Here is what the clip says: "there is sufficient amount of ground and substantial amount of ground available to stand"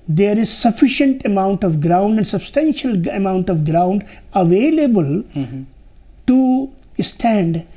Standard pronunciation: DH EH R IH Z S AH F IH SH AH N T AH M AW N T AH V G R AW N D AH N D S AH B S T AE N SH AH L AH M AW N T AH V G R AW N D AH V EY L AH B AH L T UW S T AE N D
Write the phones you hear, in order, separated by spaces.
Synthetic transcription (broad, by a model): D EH R IH Z S AH F IH SH AH N T AH M AW N T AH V G R AW N D AH N D S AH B S T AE N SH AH L AH M AW N T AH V G R AW N D AH V EY L AH B AH L T UW S T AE N D